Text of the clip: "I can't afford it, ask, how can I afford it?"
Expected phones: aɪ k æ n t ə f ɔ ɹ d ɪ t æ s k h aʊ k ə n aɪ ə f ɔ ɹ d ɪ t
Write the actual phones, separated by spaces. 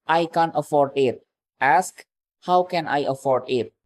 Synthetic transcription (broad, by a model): aɪ k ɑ n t ə f ɔ ɹ d ɪ t æ s k h aʊ k ə n aɪ ə f ɔ ɹ d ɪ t